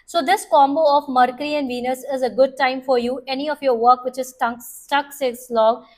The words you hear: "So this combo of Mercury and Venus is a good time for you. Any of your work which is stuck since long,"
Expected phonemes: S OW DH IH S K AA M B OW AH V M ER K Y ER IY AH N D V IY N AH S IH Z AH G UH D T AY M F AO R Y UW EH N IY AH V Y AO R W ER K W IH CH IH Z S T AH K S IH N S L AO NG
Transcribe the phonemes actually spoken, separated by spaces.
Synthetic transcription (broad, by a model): S OW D IH S K AA M B OW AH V M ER K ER IY AH N D V IY N AH S IH Z AH G UH D T AY M F AO R Y UW EH N IY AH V Y AO R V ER K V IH CH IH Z S T AH K S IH S L AO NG